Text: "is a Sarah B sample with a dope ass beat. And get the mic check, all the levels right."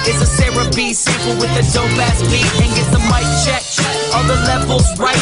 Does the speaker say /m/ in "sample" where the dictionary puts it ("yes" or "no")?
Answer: no